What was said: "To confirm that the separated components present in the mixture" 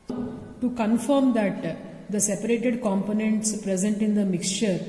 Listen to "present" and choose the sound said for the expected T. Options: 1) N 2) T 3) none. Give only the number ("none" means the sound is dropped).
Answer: 2